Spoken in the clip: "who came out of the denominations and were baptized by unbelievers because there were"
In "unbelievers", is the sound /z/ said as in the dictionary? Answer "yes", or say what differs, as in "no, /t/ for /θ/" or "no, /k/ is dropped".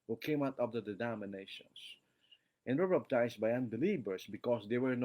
no, /s/ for /z/